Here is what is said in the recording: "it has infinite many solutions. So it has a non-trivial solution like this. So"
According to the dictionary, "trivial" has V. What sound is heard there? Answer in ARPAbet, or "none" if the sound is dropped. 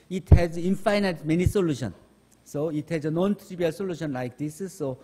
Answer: B